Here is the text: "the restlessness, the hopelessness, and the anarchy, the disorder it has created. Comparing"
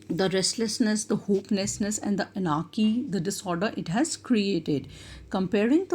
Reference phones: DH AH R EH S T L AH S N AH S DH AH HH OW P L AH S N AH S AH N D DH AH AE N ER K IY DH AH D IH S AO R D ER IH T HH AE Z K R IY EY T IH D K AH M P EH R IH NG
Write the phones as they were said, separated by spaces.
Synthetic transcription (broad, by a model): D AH R EH S T L AH S N AH S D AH HH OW P N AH S N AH S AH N D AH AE N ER K IY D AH D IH S AO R D ER IH T HH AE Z K R IY EY T IH D K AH M P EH R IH NG